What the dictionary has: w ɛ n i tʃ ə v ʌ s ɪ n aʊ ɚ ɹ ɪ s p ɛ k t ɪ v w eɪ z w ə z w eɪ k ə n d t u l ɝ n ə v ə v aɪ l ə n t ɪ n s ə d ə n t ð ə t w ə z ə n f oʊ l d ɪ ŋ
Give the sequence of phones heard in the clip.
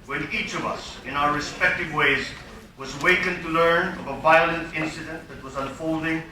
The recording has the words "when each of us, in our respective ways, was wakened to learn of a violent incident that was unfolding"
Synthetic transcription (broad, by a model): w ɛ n i tʃ ə v ʌ s ɪ n aʊ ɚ ɹ ɪ s p ɛ k t ɪ v w eɪ z w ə z w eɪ k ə n t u l ɝ n ə v ə v aɪ l ə n t ɪ n s ə d ə n t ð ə t w ə z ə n f oʊ l d ɪ ŋ